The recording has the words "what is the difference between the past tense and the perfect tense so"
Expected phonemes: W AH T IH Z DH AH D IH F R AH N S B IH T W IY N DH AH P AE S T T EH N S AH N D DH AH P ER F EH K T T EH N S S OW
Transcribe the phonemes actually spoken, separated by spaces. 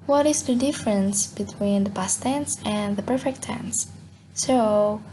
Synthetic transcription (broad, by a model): W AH T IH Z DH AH D IH F R AH N S B IH T W IY N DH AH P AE S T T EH N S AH N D DH AH P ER F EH K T T EH N S S OW